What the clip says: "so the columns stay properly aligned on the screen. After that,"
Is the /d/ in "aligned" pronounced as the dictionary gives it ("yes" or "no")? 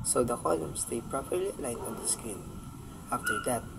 no